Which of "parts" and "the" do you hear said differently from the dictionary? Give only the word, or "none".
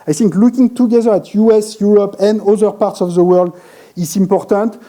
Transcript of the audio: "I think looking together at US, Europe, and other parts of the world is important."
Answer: none